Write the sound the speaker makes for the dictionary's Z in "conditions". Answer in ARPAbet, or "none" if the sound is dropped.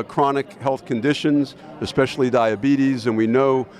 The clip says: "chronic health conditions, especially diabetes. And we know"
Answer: Z